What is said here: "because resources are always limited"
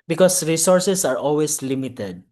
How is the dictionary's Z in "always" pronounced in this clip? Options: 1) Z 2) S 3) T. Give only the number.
2